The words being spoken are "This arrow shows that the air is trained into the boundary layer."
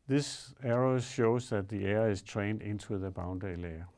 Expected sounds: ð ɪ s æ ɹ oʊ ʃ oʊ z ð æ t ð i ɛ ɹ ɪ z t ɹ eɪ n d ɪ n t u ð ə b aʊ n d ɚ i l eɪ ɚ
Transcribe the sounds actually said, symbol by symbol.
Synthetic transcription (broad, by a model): ð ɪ s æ ɹ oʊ ʃ oʊ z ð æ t ð i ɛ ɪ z t ɹ eɪ n d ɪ n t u ð ə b aʊ n d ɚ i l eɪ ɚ